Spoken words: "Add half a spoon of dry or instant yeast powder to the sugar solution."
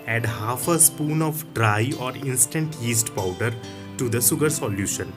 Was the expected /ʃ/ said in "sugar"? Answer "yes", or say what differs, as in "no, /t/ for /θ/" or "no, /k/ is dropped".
no, /s/ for /ʃ/